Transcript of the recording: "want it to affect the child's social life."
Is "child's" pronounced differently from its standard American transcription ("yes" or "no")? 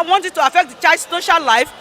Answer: yes